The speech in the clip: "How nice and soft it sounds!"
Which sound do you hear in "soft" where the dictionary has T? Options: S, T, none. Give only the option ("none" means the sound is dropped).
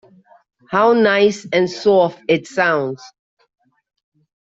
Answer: none